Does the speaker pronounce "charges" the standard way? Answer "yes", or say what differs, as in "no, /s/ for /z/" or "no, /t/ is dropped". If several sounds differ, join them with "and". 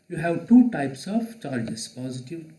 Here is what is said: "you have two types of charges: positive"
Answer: no, /s/ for /z/